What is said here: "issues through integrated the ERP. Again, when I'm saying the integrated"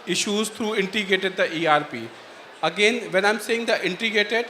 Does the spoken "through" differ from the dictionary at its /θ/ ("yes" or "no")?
yes